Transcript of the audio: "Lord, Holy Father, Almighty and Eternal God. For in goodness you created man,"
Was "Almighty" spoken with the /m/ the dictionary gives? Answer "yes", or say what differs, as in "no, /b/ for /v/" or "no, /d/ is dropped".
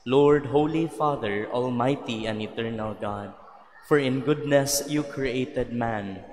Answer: yes